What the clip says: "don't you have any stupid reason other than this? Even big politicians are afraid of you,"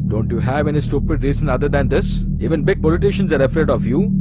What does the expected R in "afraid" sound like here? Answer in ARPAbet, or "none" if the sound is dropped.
none